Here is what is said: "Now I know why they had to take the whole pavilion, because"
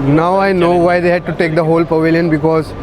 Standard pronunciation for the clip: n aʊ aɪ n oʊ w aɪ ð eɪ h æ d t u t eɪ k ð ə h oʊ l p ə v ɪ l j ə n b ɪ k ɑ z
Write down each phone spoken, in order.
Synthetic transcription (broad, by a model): n aʊ aɪ n oʊ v aɪ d eɪ h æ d t u t eɪ k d ə h oʊ l p ə v ɪ l j ə n b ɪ k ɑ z